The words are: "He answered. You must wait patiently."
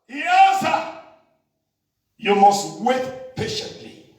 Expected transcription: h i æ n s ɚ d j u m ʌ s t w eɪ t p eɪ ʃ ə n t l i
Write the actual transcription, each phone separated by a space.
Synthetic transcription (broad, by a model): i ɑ s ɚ j u m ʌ s t w eɪ t p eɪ ʃ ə n t l i